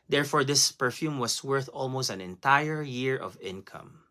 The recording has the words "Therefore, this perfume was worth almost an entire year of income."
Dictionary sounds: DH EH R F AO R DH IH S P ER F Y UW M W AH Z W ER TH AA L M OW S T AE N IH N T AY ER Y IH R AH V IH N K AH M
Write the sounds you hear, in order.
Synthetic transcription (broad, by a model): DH EH R F AO R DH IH S P ER F Y UW M W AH S W ER TH AA L M OW S T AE N IH N T AY ER Y IH R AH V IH N K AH M